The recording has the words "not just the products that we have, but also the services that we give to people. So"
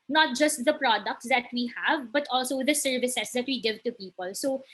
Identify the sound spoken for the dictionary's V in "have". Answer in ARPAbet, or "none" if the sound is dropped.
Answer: V